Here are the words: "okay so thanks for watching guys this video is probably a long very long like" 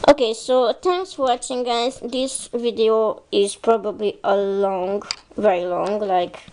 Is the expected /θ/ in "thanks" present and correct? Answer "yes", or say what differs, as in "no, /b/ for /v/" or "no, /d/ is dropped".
no, /t/ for /θ/